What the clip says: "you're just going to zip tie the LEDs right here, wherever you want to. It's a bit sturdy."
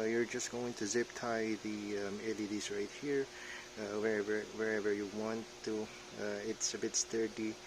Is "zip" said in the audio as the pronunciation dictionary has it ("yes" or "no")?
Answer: yes